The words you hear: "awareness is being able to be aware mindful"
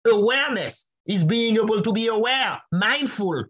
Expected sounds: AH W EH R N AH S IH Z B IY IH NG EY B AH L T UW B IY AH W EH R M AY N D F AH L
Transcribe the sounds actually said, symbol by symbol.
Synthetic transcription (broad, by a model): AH W EH R N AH S IH Z B IY IH NG EY B AH L T UW B IY AH W EH R M AY N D F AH L